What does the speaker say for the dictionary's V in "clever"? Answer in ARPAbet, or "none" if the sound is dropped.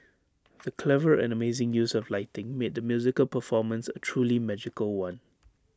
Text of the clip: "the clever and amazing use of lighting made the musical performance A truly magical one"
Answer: V